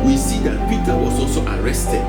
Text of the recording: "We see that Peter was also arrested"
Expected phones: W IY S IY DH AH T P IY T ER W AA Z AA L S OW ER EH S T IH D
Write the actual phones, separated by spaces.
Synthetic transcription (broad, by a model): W IY S IY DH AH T P IY T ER W AA S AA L S OW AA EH S T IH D